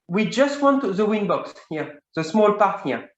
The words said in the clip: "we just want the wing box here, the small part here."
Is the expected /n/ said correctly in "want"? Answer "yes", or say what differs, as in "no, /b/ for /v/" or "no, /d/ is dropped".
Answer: yes